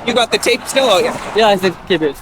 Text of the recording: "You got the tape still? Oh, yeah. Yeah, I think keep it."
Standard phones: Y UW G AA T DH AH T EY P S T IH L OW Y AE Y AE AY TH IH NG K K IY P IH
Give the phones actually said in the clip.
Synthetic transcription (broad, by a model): Y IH G AA T DH AH T EY P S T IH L OW Y AE Y AE AY S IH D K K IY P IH